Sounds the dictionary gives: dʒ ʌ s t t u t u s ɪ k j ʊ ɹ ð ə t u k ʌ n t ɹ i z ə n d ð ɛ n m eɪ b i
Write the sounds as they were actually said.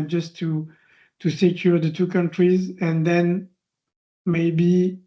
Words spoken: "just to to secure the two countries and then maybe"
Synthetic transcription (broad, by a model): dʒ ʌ s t t u t u s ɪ k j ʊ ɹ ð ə t u k ʌ n t ɹ i z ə n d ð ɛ n m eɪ b i